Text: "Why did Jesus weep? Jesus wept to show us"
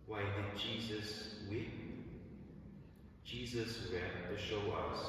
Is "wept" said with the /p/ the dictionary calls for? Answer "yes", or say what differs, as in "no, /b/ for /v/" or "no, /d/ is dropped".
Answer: no, /p/ is dropped